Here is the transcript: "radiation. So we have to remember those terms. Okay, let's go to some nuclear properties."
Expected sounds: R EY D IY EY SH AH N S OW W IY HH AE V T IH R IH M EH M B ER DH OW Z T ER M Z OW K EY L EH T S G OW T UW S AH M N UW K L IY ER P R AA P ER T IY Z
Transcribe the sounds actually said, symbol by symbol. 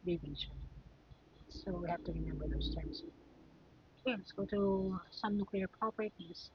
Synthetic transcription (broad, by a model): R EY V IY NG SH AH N S OW W IY HH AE F T IH R IH M EH M B ER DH OW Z T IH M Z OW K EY L EH T S G OW T UW S AH M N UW K L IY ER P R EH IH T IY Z